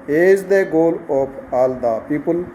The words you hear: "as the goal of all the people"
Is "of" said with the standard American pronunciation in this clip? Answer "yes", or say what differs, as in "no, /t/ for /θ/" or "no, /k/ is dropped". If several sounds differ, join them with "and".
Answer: no, /p/ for /v/